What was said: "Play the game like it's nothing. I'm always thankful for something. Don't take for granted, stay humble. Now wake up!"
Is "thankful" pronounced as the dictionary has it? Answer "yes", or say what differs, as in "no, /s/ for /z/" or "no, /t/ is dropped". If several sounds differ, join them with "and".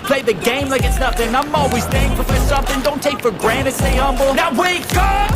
no, /k/ is dropped